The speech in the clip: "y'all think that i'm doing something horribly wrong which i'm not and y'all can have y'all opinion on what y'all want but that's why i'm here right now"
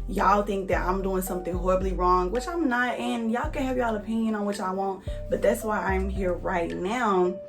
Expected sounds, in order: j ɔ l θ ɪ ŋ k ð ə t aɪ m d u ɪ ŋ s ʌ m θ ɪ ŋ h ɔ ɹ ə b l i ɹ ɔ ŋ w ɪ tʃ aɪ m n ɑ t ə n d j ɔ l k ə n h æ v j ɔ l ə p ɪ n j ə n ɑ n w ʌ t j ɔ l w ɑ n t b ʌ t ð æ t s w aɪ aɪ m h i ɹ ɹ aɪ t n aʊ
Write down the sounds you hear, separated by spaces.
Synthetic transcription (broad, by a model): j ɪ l θ ɪ ŋ k ð ə t aɪ m d u ɪ ŋ s ʌ m θ ɪ ŋ h ɔ ɹ ə b l i ɹ ɔ ŋ w ɪ tʃ aɪ m n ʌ t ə n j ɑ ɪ k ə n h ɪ v j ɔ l ə p ɪ n j ə n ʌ n w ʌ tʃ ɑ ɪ w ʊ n t b ʌ t ð æ t s w aɪ aɪ m h i ɹ ɹ aɪ t n aʊ